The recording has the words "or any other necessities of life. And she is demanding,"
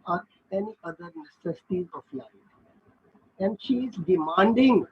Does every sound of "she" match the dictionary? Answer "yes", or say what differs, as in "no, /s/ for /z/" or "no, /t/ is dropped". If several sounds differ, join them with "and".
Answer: yes